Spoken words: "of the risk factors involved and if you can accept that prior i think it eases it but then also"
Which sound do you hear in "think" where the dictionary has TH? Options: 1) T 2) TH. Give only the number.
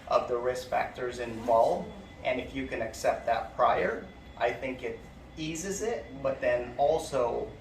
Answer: 2